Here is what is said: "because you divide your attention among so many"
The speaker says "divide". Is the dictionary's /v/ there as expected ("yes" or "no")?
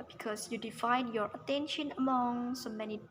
no